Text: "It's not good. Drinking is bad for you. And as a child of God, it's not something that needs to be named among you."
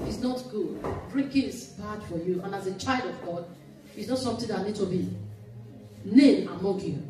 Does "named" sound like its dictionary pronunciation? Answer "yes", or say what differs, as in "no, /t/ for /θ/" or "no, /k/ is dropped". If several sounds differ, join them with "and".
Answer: no, /d/ is dropped